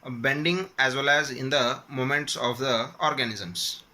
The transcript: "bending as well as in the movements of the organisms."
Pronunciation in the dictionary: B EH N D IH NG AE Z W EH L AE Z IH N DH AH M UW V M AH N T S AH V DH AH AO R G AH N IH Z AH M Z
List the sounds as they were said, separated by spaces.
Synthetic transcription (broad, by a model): B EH N D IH NG AE Z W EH L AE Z IH N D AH M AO M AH N T S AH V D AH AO R G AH N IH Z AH M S